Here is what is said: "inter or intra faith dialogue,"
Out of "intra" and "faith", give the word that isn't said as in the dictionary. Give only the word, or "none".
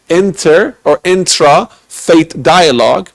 faith